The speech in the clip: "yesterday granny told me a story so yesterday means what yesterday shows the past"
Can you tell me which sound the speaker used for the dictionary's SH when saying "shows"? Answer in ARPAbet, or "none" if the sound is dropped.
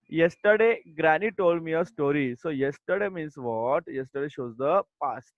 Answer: SH